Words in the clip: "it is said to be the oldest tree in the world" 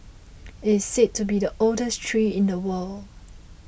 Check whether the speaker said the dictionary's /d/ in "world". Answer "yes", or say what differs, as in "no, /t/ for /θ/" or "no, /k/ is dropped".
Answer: no, /d/ is dropped